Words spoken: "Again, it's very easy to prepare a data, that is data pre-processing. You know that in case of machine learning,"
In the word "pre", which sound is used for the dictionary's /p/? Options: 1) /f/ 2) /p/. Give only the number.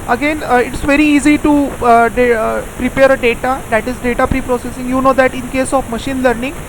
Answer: 2